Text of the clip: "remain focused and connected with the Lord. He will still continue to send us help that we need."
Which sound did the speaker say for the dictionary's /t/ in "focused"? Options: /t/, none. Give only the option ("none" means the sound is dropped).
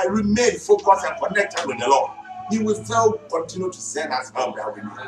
none